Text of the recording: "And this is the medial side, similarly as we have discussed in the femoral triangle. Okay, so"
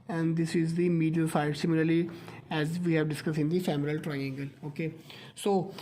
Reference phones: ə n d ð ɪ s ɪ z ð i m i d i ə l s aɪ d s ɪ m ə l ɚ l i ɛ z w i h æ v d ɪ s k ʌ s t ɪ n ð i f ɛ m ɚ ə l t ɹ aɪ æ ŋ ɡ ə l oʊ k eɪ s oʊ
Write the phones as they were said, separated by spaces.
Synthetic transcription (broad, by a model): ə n d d ɪ s ɪ z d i m i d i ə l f aɪ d s ɪ m ə l ɚ l i ɛ z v i h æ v d ɪ s k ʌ s ɪ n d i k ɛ m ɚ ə l t ɹ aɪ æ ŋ ɡ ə l oʊ k eɪ s oʊ